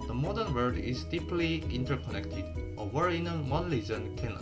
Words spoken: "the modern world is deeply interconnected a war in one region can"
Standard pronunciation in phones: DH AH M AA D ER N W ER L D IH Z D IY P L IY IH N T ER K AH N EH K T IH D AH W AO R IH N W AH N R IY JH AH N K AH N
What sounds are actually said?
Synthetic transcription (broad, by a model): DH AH M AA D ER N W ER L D IH Z D IY P L IY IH N T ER K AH N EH K T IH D AH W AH R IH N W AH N L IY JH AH N K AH N